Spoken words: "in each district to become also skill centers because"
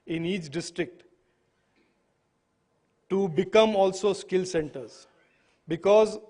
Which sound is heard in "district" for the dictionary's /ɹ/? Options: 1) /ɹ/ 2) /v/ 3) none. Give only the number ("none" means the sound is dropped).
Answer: 1